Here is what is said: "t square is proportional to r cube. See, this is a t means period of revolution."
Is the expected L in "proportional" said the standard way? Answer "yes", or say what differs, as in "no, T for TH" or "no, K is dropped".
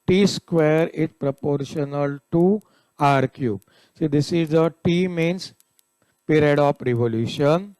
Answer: yes